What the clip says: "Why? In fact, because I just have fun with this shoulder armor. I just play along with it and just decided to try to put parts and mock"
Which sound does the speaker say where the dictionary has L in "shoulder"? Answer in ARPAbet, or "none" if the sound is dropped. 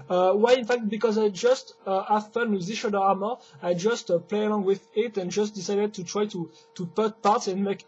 none